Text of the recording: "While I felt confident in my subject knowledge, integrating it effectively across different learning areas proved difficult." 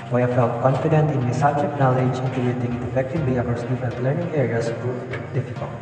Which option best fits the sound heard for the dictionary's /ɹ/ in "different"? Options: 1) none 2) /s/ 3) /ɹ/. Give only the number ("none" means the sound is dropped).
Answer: 1